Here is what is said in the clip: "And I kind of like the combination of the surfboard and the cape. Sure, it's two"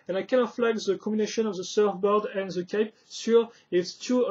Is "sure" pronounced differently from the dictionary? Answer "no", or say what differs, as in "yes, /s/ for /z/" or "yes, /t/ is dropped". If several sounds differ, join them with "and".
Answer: yes, /s/ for /ʃ/